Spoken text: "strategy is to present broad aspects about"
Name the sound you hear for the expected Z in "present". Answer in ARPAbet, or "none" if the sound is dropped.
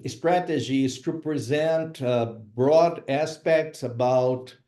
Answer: Z